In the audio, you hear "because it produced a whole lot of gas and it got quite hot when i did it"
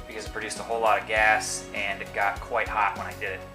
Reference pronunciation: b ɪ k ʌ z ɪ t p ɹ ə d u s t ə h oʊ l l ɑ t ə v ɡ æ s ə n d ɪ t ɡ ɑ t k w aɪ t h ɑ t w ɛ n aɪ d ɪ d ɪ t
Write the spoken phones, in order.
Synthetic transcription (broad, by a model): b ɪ k ʌ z ɪ t p ɹ ə d u s t ə h oʊ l l ɑ t ə v ɡ æ s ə n ɪ t ɡ ɑ t k w aɪ t h ɑ t w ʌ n aɪ d ɪ d ɪ t